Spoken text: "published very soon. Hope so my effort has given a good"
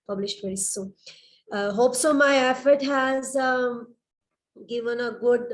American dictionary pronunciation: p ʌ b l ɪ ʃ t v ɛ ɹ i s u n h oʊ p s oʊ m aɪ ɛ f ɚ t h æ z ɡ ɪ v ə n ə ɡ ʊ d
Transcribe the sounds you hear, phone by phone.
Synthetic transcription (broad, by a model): p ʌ b l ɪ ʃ t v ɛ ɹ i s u h oʊ p s oʊ m aɪ ɛ f ɚ t h æ z ɡ ɪ v ə n ə ɡ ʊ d